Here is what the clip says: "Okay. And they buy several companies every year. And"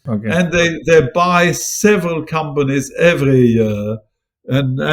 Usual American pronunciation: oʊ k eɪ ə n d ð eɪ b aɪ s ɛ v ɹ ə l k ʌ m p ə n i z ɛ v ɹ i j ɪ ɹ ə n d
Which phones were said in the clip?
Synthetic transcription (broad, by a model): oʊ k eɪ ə n ð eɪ b aɪ s ɛ v ɹ ə l k ʌ m p ə n i z ɛ v ɹ i j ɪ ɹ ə n